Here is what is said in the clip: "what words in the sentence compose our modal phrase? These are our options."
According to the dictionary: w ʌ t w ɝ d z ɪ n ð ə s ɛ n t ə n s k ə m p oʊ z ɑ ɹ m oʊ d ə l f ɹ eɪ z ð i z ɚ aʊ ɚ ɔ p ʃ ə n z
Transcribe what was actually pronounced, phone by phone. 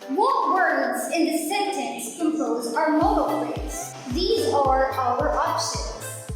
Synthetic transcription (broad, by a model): w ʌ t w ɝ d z ɪ n ð ə s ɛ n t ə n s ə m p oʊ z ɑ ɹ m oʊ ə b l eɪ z ð i z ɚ aʊ ɚ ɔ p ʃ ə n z